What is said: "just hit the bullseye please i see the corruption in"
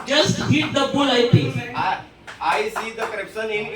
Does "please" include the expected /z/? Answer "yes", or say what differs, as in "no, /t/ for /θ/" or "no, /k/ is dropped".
no, /z/ is dropped